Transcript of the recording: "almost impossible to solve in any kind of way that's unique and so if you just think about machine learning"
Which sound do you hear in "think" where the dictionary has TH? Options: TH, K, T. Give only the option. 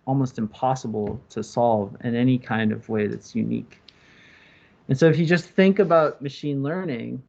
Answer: TH